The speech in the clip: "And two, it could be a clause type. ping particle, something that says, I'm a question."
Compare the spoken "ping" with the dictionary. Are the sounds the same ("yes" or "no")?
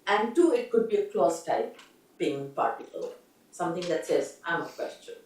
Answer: no